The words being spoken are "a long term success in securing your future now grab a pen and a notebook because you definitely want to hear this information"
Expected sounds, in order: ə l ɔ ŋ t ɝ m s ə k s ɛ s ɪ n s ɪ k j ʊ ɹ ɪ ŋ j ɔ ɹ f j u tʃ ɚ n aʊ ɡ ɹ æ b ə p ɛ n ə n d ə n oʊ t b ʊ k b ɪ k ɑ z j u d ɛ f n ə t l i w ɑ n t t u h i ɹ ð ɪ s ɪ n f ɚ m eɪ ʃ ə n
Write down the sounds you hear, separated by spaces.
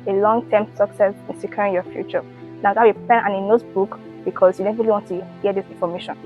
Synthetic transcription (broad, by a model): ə l ɔ ŋ t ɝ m s ə k s ɛ s ɪ n s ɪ k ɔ ɹ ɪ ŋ j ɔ f j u tʃ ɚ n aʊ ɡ ɑ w ə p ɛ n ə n ə n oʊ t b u k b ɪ k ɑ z j u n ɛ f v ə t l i w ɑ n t t u h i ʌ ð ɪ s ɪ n f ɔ m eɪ ʃ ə n